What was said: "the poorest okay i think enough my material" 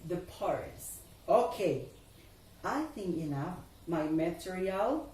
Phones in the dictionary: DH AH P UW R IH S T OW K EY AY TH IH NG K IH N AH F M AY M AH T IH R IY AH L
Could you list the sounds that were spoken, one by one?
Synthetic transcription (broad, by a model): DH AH P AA R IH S OW K EY AY TH IH NG K IH N AH F M AY M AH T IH R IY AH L